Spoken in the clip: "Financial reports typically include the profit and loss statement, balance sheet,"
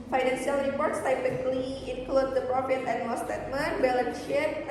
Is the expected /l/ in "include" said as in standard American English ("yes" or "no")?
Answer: yes